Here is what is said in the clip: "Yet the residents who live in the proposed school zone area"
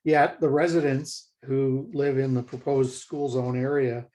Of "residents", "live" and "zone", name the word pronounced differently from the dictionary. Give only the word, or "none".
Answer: none